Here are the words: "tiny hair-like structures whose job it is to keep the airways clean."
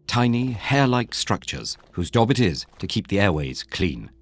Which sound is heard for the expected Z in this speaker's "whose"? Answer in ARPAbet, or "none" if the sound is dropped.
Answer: Z